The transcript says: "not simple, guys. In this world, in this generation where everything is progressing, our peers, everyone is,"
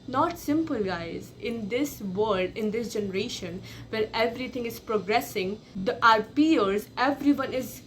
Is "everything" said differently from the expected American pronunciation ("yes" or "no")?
yes